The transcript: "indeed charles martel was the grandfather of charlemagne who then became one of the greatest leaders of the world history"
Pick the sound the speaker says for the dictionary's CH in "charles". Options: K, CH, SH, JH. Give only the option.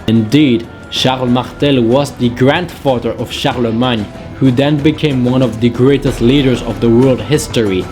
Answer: SH